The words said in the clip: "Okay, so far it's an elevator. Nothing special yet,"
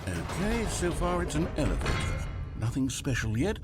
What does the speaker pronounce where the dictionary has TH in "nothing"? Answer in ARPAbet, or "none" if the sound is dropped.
TH